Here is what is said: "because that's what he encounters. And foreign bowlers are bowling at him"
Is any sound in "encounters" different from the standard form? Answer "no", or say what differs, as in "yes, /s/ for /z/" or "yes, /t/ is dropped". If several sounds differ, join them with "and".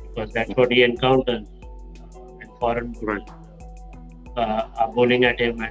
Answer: yes, /z/ is dropped